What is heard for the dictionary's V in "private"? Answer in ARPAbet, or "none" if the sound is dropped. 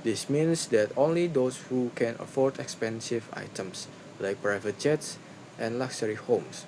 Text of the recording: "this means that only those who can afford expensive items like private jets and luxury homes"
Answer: V